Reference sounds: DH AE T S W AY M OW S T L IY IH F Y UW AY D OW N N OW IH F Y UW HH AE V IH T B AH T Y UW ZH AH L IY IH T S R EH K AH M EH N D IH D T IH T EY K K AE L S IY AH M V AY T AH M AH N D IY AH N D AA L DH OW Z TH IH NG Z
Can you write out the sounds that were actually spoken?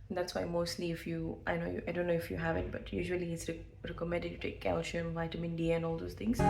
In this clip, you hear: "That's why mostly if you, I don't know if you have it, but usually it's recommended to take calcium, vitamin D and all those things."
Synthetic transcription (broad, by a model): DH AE T S W AY M OW S T L IY IH F Y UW AY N OW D N OW IH F Y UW HH AE V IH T B AH T Y UW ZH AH L IY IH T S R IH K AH M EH D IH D T IH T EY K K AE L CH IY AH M V AY T AH M AH N D IY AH N AA L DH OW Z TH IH NG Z